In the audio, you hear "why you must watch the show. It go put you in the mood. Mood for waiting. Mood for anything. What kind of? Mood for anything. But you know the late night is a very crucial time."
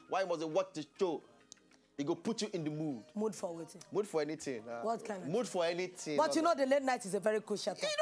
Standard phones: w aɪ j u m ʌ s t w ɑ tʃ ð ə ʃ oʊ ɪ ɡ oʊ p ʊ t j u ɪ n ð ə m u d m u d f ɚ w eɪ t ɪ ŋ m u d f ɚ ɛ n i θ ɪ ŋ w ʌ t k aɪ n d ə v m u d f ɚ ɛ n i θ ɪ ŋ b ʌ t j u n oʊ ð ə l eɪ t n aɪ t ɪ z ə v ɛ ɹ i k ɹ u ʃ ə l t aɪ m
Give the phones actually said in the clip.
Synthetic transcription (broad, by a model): w aɪ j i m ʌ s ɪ w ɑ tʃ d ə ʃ oʊ ɪ ɡ oʊ p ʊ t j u ɪ n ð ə m u d m u d f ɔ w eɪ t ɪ m u d f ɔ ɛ n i t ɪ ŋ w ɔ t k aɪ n m u d f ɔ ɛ n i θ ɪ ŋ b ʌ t j u n oʊ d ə l eɪ t n aɪ t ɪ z ə v ɛ ɹ i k u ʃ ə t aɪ